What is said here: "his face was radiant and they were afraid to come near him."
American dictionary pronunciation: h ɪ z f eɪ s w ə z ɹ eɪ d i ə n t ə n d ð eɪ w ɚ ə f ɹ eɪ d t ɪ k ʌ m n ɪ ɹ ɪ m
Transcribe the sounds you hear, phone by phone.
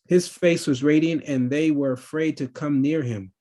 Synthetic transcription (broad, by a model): h ɪ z f eɪ s w ə z ɹ eɪ d i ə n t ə n ð eɪ w ɚ ə f ɹ eɪ d t ɪ k ʌ m n ɪ ɹ ɪ m